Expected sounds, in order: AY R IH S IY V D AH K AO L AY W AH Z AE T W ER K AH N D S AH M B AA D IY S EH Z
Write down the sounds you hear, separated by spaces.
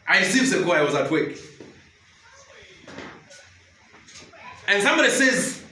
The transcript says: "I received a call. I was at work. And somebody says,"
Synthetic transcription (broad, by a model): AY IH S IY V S AH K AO AY W AH Z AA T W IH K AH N S AH M B AA D IY S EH Z